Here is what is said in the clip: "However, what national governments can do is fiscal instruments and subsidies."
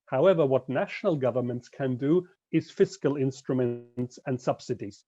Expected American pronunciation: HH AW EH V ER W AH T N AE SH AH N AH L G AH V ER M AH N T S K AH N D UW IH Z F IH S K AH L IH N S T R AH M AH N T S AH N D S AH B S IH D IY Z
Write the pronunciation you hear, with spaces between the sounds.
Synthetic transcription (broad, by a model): HH AW EH V ER W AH T N AE SH AH N AH L G AH V ER M AH N T S K AH N D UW IH Z F IH S K AH L IH N S T R AH M AH N T S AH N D S AH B S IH D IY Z